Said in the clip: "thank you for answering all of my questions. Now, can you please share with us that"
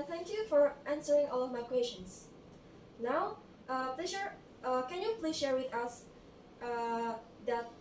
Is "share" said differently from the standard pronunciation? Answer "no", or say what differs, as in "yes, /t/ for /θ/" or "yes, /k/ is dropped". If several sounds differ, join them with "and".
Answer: no